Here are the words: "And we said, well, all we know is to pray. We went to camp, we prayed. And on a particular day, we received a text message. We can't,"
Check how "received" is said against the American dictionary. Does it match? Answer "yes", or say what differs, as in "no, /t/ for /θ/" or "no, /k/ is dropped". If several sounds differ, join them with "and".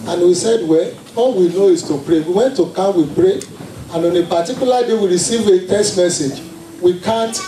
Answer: no, /d/ is dropped